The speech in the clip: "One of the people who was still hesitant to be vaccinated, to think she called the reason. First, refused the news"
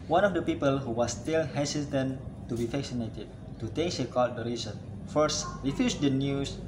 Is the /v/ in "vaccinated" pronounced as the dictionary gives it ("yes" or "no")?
no